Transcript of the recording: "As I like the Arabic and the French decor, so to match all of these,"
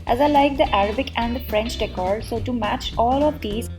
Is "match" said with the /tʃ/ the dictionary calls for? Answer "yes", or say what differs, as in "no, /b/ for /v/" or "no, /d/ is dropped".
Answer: yes